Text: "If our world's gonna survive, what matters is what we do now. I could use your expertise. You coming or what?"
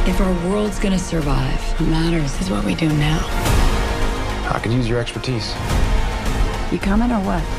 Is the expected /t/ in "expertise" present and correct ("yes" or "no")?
yes